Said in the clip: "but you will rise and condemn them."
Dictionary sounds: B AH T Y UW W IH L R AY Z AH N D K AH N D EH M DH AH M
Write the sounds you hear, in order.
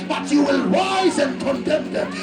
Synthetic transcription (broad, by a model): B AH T Y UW W IH L W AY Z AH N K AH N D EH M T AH